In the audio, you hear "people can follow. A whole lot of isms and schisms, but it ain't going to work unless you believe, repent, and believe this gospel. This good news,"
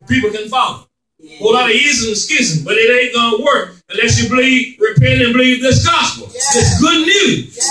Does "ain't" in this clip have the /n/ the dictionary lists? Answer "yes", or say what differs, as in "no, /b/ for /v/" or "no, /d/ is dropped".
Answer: no, /n/ is dropped